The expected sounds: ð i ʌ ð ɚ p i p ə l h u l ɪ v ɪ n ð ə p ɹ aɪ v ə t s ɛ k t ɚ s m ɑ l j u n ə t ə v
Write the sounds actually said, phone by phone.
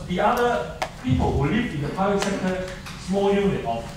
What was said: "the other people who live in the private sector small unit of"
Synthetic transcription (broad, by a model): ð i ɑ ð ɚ p i p ə l h u l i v ɪ n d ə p aɪ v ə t s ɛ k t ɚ s m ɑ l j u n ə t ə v